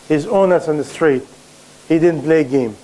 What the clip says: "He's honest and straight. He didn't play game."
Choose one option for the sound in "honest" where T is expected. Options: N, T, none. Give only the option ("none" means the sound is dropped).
none